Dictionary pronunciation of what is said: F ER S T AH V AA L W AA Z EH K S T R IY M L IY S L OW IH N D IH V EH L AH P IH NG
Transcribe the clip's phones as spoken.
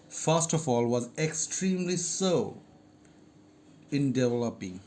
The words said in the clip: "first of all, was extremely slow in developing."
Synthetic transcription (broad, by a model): F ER S T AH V AA L W AA Z EH K S T R IY M L IY S OW IH N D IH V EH L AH P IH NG